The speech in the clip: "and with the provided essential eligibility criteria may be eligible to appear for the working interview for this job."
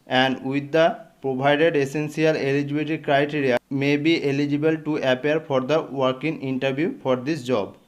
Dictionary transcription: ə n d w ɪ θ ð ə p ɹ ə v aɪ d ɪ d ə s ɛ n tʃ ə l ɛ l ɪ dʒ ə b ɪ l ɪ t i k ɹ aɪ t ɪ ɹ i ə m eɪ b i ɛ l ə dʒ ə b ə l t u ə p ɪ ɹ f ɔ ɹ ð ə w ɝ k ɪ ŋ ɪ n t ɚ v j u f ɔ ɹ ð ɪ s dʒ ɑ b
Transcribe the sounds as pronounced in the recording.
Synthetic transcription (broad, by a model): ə n d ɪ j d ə p ɹ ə b aɪ d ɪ d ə s ɛ n s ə l ɛ l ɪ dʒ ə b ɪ t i k ɹ aɪ t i ɹ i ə m eɪ b i ɛ l ə dʒ ə b ə l t u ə p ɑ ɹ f ɔ ɹ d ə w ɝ k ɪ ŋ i n t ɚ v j u f ɔ ɹ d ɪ s dʒ ɑ b